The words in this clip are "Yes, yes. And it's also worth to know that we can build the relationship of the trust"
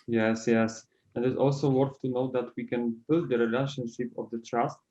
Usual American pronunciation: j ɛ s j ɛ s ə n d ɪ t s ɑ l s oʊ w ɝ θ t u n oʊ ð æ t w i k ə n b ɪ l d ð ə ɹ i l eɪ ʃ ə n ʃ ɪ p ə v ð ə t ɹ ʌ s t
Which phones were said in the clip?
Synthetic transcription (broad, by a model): j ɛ s j ɛ s ə n d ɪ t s ɑ l s oʊ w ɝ f t u n oʊ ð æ t w i k ə n b ɪ l d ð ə ɹ i l eɪ ʃ ə n ʃ ɪ p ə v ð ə t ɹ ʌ s t